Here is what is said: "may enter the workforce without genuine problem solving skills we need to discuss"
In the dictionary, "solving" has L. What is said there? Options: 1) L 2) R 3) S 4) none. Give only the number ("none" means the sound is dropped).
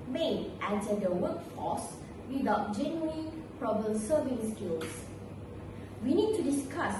4